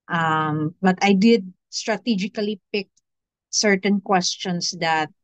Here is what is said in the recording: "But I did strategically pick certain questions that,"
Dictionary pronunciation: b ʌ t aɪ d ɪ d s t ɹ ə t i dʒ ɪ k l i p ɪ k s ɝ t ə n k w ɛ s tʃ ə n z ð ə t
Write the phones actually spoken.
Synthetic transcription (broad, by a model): b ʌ t aɪ d ɪ d s t ɹ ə t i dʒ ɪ k l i p ɪ k s ɝ t ə n k w ɛ s tʃ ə n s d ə t